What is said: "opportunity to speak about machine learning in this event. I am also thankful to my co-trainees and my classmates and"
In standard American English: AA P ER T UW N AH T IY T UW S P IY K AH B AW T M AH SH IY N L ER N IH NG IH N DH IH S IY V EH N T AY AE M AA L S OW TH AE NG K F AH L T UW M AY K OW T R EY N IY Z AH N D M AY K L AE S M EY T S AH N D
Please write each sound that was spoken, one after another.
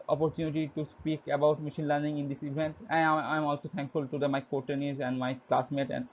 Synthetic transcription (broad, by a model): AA P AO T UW N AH T IY T UW S P IY K AH B AW T M AH SH IY N L ER N IH NG IH N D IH S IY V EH N T AY M AA L S OW T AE NG K F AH L T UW M AY K OW T EY N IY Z AH N D M AY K L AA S M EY T AH N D